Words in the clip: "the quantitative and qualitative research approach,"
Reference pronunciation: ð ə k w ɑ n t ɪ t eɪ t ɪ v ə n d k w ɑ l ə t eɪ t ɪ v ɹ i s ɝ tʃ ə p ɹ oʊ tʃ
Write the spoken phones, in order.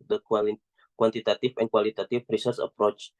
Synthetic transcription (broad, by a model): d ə k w ɑ n t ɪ t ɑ t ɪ f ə n k w ɑ l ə t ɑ t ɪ f ɹ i s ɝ s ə p ɹ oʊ tʃ